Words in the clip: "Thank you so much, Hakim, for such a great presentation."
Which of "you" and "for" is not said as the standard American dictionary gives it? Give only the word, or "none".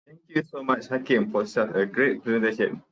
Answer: for